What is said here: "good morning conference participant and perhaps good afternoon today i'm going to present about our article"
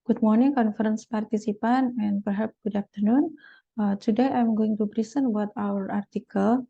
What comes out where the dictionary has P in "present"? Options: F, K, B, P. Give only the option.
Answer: B